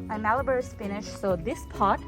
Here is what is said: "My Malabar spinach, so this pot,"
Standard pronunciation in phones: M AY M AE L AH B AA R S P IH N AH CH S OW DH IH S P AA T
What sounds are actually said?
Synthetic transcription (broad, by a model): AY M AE L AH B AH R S F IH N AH SH S OW DH IH S P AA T